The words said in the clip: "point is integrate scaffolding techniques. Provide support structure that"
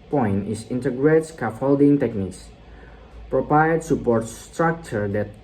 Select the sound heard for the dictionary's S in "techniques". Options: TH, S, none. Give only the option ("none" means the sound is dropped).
S